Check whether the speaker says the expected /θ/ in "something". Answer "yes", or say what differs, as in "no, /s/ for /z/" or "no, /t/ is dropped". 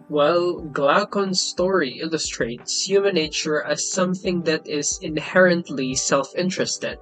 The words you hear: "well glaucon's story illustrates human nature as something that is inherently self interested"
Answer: yes